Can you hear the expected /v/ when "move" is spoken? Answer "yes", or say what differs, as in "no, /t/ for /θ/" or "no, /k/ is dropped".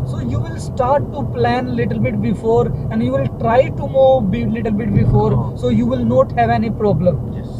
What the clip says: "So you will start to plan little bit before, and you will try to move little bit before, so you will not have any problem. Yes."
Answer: no, /b/ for /v/